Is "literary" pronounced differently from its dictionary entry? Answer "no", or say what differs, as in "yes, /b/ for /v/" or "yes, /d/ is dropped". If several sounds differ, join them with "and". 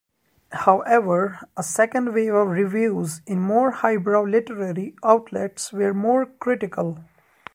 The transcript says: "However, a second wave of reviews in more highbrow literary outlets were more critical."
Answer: no